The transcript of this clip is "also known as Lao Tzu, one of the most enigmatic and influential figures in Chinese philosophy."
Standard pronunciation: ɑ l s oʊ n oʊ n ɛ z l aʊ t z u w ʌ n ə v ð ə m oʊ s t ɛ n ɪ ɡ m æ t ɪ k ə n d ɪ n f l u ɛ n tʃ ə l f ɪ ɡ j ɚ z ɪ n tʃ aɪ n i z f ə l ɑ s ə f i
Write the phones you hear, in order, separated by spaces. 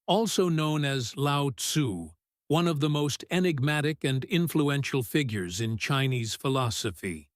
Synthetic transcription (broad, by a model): ɑ l s oʊ n oʊ n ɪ z l aʊ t s u w ʌ n ə v ð ə m oʊ s t ɛ n ɪ ɡ m æ t ɪ k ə n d ɪ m f l u ɛ n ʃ l f ɪ ɡ j ɚ z ɪ n tʃ aɪ n i z f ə l ɑ s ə f i